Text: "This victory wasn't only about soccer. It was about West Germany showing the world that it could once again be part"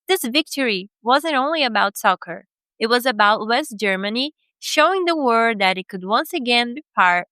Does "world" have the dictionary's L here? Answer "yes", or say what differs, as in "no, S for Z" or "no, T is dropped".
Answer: no, L is dropped